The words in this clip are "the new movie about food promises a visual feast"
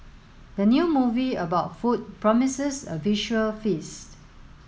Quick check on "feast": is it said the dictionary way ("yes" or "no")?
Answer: yes